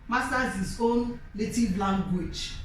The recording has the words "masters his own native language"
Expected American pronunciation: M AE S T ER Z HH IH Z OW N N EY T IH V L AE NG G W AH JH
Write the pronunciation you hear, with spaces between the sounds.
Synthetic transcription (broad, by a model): M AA S T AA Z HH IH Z OW N L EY T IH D L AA NG G W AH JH